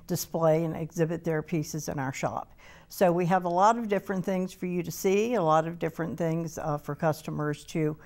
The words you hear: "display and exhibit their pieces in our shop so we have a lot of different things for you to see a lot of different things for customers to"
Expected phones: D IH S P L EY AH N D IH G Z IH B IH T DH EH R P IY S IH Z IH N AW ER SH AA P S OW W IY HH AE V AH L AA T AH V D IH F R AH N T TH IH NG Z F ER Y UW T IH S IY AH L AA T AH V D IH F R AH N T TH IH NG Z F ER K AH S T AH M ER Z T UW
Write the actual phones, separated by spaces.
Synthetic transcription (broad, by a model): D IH S P L EY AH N IH G Z IH B IH T DH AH R P IY S IH Z IH N AW ER SH AA P S OW W IY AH V AH L AA T AH V D IH F R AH N TH IH NG Z F ER Y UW T IH S IY AH L AA T AH V D IH F R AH N TH IH NG Z F ER K AH S T AH M ER Z T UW